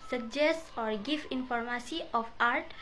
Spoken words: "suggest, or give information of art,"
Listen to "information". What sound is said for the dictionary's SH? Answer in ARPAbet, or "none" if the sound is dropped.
S